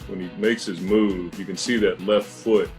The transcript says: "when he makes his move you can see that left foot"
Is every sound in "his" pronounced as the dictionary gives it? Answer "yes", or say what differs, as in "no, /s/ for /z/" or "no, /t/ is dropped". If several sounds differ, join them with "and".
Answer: yes